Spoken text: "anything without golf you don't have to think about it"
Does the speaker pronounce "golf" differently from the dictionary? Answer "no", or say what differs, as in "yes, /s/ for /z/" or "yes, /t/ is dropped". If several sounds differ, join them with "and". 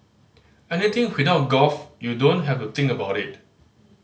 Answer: yes, /l/ is dropped